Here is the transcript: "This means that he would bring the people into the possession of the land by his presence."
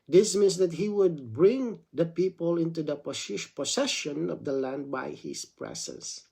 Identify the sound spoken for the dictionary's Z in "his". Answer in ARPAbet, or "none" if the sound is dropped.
S